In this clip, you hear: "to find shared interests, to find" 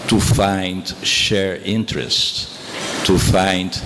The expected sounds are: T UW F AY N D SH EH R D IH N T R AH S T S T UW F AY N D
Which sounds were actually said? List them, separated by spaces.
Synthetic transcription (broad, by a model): T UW F AY N D SH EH R IH N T R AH S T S T UW F AY N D